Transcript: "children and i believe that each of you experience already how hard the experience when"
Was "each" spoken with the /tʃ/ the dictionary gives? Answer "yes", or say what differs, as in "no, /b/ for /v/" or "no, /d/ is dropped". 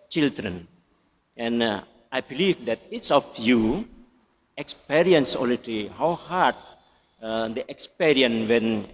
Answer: no, /s/ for /tʃ/